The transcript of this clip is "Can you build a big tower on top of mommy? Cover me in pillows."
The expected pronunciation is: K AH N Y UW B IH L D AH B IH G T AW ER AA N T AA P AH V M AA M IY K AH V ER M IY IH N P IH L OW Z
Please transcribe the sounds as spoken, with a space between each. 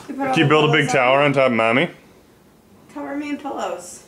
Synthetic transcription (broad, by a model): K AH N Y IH B IH L D AH B IH G T AW ER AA N T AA AH P M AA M IY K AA ER M IY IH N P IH L OW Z